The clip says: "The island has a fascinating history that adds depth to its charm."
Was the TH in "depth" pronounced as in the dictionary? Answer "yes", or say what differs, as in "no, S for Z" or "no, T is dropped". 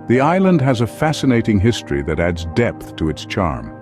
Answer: yes